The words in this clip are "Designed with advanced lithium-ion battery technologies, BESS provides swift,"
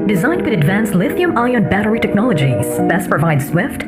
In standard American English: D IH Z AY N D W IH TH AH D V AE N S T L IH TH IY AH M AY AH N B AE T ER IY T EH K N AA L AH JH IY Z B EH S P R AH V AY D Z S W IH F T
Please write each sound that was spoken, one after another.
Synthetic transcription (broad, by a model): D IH Z AY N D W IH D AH D V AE N S L IH TH IY AH M AY AH N B AE T ER IY T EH K N AA L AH JH IY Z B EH S P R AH V AY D S W IH F T